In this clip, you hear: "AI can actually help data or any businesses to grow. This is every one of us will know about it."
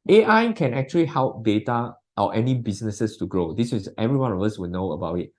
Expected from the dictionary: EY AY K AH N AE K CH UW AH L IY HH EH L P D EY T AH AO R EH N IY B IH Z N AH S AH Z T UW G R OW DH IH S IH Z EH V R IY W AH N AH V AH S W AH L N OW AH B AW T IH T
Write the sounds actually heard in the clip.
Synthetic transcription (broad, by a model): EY AY K AH N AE K CH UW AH L IY HH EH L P D EY T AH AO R EH N IY B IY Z N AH S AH S T UW G R OW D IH S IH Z EH V R IY W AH N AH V AH S W AH L N OW AH B AW T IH T